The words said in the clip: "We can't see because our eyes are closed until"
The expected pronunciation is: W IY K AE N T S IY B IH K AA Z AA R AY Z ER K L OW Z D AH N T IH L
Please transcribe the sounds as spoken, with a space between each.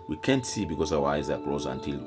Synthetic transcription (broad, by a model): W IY K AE N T S IY B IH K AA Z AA W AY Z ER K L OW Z AH N T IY L